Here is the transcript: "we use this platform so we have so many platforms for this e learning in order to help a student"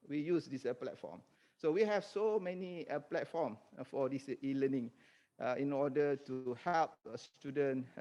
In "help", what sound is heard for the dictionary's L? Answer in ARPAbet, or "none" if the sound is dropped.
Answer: L